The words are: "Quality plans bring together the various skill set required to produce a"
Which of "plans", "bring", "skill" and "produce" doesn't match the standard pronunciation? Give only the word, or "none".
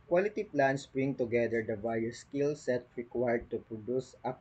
plans